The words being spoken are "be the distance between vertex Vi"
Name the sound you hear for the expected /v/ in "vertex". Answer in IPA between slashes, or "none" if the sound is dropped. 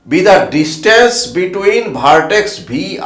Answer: /b/